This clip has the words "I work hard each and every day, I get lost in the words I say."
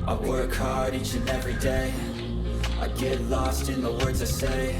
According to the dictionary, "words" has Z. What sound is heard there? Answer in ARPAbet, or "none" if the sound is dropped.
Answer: Z